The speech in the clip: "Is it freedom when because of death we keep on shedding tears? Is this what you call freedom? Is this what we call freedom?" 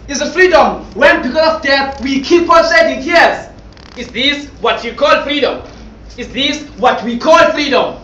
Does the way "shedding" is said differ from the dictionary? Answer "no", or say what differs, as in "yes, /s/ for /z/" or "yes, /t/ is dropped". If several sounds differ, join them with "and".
yes, /s/ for /ʃ/